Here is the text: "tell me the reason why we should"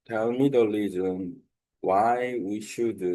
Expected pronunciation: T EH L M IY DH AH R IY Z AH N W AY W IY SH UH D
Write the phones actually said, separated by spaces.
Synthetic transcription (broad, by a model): T EH L M IY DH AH L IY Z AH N W AY W IY SH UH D